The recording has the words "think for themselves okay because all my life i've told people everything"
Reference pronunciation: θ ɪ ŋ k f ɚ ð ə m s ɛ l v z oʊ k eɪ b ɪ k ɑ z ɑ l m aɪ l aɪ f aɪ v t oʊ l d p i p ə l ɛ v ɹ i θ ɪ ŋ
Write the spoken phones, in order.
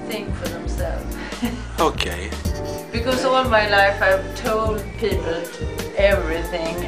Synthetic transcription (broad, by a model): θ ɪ ŋ k f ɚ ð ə m s ɛ l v oʊ k eɪ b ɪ k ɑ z ɑ l m aɪ l aɪ f aɪ v t oʊ l d p i p ə l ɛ v ɹ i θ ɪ ŋ